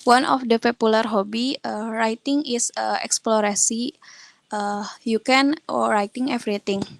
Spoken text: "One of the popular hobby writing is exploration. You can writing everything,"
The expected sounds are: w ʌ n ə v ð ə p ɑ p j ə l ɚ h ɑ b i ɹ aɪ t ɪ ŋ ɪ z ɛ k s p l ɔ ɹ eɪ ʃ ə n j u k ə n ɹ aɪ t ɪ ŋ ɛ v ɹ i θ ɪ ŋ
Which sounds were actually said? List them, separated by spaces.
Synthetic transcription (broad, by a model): w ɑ n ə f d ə p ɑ p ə l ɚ h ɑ b i ɹ aɪ t ɪ ŋ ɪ s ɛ k s p l ɔ ɹ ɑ s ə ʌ j u k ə n ɹ aɪ t ɪ ŋ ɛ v ɹ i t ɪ ŋ